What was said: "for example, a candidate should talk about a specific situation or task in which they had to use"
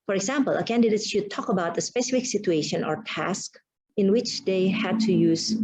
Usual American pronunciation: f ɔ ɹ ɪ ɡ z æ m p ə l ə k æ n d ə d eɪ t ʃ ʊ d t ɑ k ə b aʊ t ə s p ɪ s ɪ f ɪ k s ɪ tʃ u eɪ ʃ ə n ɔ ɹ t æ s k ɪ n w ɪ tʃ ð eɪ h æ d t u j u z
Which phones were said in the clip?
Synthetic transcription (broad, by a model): f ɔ ɹ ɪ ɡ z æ m p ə l ə k æ n d ə d eɪ t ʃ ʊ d t ɑ k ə b aʊ t ə s p ɪ s ɪ f ɪ k s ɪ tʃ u eɪ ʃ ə n ɔ ɹ t æ s k ɪ n w ɪ tʃ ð eɪ h æ d t u j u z